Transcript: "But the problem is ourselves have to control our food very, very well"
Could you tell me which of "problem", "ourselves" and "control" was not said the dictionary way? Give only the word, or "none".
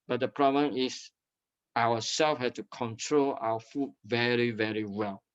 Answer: ourselves